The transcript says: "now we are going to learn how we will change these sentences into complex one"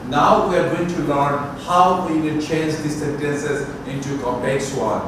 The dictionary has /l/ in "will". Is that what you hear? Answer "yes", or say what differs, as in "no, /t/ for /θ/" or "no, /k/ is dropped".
no, /n/ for /l/